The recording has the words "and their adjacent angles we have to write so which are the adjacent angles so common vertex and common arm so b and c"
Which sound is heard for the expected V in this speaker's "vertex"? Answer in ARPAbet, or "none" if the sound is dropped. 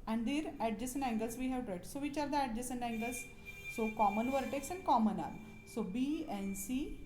V